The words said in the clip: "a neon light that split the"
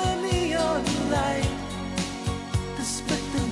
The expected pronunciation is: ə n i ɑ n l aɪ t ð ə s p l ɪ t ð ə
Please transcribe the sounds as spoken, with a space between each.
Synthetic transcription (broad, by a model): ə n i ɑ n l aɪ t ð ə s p ɪ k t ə